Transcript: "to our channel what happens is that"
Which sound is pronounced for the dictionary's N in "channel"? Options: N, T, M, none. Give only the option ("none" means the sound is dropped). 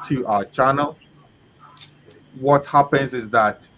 N